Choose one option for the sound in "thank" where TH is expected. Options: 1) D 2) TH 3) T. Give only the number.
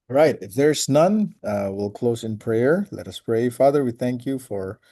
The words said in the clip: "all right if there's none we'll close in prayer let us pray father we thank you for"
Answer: 2